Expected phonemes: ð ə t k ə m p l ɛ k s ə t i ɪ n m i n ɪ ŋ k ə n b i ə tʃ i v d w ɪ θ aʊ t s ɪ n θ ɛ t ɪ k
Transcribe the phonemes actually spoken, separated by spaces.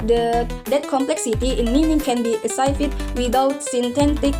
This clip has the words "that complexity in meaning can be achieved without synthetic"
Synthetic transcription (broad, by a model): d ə t k ə m p l ɛ k s ə t i ɪ n m i n ɪ ŋ k ə n b i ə s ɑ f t w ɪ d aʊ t s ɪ n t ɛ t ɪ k